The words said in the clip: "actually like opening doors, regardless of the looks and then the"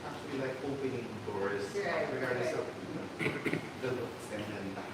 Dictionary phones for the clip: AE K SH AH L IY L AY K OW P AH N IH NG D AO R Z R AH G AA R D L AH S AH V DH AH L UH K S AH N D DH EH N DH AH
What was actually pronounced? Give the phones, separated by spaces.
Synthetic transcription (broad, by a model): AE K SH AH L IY L AY K OW P AH N IH NG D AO R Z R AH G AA R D AH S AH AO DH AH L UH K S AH N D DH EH N